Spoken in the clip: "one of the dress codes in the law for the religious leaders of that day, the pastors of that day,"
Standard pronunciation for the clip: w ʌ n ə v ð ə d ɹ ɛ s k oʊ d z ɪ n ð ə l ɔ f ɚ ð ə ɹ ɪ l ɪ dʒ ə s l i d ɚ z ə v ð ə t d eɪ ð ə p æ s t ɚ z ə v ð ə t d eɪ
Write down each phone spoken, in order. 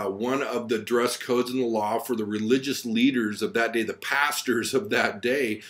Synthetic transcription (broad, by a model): w ʌ n ə v ð ə d ɹ ɛ s k oʊ d z ɪ n ð ə l ɔ f ɚ ð ə ɹ ɪ l ɪ dʒ ə s l i d ɚ z ə v ð ə t d eɪ ð ə p æ s t ɚ z ə v ð ə t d eɪ